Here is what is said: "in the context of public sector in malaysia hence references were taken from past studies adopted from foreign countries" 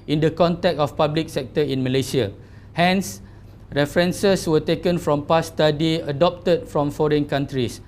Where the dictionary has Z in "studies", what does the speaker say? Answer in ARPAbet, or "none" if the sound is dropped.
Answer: none